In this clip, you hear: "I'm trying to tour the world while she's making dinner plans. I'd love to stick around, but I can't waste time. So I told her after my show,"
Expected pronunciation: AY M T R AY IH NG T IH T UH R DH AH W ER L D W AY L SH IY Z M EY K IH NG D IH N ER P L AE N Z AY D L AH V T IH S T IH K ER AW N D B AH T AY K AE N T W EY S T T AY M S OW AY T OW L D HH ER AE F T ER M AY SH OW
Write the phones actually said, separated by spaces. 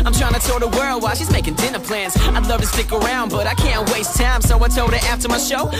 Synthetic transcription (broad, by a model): AY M T R AY IH NG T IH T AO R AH W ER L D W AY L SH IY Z M EY K IH NG D IH N ER P L AE N Z AY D L AH V T IH S T IH K ER AW N D B AH T AY K AE N T W EY S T T AY M S OW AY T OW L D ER AE F T ER M AY SH OW